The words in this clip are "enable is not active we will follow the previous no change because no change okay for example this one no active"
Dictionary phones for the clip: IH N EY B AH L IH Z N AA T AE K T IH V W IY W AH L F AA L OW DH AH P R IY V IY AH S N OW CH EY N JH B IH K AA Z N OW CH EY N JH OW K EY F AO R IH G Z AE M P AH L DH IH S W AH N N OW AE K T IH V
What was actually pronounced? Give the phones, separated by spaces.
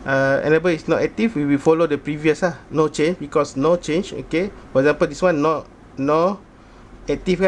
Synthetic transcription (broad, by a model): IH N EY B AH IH S N AA T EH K T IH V W IY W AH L F AA L OW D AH P R IY V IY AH S N OW CH EY N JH B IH K AA S N OW CH EY N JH OW K EY F AO R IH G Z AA M P AH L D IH S W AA N N OW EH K T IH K